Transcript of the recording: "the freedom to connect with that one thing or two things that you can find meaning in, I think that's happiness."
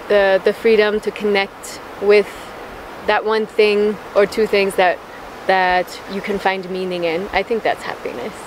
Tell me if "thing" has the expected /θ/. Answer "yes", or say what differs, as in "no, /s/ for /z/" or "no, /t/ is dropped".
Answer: yes